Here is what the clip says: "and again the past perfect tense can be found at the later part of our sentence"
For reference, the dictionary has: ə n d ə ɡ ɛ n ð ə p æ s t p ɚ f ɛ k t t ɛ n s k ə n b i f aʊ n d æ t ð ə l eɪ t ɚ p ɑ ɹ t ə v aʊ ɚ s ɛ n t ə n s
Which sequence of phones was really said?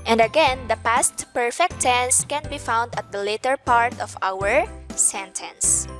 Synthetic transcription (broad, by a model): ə n d ə ɡ ɛ n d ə p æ s t p ɚ f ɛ k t t ɛ n s k ə n b i f aʊ n d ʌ t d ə l eɪ t ɚ p ɑ ɹ t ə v aʊ ɚ s ɛ n t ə n s